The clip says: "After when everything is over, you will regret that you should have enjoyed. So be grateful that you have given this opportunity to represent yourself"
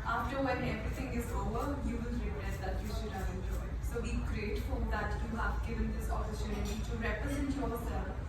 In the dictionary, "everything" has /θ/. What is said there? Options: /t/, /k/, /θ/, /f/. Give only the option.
/t/